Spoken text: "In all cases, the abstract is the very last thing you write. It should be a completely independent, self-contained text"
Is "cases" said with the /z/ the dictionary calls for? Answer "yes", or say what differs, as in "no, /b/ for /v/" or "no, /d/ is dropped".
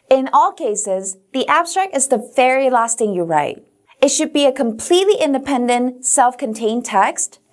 yes